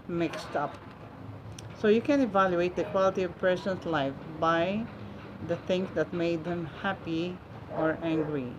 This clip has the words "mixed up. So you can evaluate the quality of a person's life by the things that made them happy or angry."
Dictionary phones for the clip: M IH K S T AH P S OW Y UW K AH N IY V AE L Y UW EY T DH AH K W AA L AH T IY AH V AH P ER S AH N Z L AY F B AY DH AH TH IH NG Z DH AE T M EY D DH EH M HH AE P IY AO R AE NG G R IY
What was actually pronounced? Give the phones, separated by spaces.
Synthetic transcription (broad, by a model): M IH K S T AH P S OW Y UW K AH N IY V AE L Y UW EY T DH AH K W AA L AH T IY AH V P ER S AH N S L AY F B AY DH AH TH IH NG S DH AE T M EY D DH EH M HH AE P IY AO R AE NG G R IY